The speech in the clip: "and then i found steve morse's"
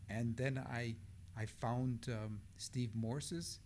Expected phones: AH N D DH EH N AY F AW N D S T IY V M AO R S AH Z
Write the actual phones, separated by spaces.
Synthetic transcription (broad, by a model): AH N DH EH N AY F AW N D S T IY V M AO R S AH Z